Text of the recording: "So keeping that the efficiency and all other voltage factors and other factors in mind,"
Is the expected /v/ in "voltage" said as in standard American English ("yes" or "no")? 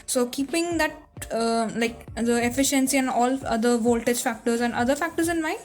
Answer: yes